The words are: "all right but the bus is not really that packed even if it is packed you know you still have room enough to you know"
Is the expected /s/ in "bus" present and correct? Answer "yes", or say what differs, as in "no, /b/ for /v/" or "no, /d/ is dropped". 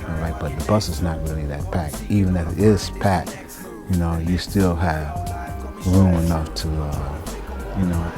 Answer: yes